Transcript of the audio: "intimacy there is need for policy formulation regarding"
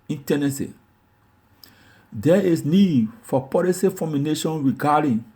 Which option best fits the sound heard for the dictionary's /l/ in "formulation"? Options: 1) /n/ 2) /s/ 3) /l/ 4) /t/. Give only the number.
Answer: 1